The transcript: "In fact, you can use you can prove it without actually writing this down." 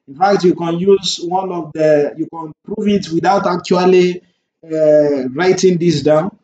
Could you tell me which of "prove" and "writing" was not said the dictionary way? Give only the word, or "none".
none